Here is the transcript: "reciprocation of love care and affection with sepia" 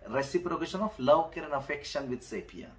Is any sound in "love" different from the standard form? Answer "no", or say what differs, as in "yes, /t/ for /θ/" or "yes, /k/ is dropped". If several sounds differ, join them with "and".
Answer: yes, /w/ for /v/